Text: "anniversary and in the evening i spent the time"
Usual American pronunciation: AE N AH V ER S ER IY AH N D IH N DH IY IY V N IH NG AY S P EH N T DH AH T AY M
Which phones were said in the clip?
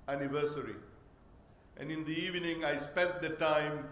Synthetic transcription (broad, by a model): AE N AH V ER S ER IY AH N D IH N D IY IY V N IH NG AY S P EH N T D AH T AY M